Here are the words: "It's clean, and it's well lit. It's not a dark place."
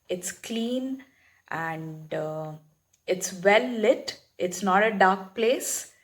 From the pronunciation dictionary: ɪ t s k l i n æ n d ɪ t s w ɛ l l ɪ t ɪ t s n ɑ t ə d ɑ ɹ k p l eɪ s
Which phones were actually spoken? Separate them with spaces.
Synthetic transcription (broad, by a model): ɪ t s k l i n æ n d ɪ t s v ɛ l l ɪ t ɪ t s n ɑ t ə d ɑ ɹ k p l eɪ s